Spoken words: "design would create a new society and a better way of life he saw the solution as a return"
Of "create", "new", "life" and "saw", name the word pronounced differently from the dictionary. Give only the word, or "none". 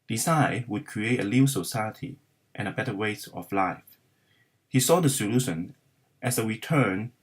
new